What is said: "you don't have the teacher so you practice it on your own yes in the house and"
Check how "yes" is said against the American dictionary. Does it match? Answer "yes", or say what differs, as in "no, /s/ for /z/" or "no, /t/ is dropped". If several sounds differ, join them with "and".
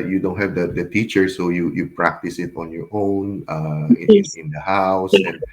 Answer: no, /s/ is dropped